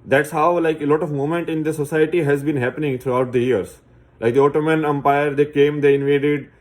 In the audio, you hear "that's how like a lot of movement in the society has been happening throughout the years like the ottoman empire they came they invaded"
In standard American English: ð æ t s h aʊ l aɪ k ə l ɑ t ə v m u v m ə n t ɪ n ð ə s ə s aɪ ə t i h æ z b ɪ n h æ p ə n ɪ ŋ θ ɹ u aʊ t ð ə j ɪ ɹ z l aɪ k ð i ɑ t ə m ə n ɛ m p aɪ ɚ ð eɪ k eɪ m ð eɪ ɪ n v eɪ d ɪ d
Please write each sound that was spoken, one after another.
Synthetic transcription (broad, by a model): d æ t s h aʊ l aɪ k ə l ɑ t ə v m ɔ m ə n t ɪ n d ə s ə s aɪ ə t i h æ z b ɪ n h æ p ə n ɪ ŋ t ɹ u aʊ t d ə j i ɹ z l aɪ k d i ɑ t ə m ə n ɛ m p aɪ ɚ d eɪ k eɪ m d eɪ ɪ n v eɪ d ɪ d